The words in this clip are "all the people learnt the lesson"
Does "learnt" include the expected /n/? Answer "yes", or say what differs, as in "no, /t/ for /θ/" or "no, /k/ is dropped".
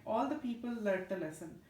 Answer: no, /n/ is dropped